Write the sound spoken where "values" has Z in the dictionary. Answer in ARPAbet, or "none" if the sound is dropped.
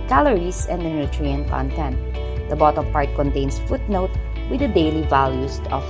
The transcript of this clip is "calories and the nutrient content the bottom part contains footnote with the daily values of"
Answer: S